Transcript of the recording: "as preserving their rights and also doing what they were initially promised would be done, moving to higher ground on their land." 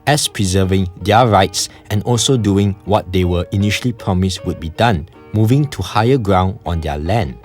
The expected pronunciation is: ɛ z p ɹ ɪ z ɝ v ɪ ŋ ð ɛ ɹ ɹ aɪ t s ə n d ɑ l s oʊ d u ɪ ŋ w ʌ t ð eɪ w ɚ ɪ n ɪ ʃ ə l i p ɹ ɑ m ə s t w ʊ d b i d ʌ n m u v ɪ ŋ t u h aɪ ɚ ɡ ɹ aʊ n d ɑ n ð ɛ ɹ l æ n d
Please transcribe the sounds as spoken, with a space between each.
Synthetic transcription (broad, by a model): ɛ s p ɹ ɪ z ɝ v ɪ ŋ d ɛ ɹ ɹ aɪ t s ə n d ɑ l s oʊ d u ɪ ŋ w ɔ t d eɪ w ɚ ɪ n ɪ ʃ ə l i p ɹ ɑ m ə s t w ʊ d b i d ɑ n m u v ɪ ŋ t u h aɪ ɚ ɡ ɹ aʊ n d ɑ n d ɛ l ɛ n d